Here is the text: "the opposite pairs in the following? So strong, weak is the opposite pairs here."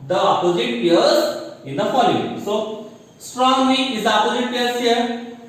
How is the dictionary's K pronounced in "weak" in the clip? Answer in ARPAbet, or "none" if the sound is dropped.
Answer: none